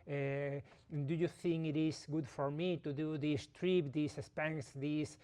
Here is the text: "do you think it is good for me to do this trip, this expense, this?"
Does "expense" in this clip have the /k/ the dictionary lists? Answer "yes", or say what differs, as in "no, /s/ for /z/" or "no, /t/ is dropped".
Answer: no, /k/ is dropped